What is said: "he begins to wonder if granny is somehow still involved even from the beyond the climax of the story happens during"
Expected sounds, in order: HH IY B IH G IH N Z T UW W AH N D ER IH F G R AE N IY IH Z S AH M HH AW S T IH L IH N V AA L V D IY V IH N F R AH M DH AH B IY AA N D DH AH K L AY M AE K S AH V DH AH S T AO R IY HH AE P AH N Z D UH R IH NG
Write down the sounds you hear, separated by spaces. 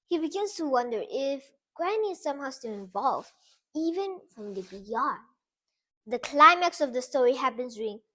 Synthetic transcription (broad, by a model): HH IY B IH G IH N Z T UW W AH N D ER IH F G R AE N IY S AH M HH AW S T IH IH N V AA L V IY V IH N F R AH M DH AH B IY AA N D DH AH K L AY M AE K S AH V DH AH S T AO R IY HH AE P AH N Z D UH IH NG